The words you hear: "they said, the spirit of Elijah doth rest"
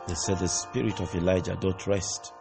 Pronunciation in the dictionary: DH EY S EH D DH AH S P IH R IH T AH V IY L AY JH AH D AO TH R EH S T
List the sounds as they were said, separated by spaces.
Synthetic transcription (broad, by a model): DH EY S EH D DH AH S P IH R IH T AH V IY L AY JH AH D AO T R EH S T